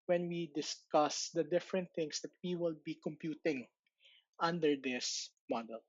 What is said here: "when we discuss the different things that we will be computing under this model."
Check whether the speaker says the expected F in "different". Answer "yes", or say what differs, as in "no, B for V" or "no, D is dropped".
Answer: yes